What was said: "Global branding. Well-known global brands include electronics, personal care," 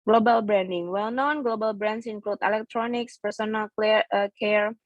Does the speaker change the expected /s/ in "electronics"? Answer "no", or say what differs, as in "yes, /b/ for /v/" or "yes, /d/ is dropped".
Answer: no